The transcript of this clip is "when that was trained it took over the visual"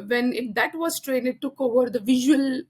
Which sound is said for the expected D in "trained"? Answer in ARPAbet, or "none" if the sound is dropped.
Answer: none